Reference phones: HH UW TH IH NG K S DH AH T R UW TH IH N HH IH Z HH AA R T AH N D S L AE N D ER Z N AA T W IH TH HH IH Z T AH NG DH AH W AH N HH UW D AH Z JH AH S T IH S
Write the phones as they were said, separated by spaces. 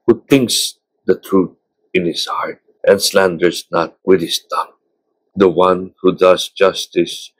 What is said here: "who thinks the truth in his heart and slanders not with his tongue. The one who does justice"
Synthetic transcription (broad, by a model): HH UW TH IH NG K S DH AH T R UW T IH N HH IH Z HH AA R T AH N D S L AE N D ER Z N AA T W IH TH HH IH S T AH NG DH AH W AH N HH UW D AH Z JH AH S T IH S